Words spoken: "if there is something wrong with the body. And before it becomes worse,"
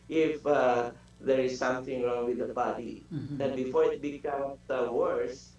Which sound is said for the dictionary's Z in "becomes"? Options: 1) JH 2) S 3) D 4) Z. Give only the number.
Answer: 2